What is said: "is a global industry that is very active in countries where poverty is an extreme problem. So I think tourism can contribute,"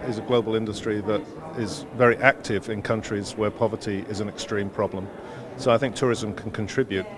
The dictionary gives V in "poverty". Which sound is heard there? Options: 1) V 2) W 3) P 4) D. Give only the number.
1